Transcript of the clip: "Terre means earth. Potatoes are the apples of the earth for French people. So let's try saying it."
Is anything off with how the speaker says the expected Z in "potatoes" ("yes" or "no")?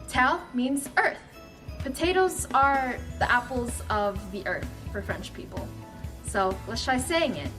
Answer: no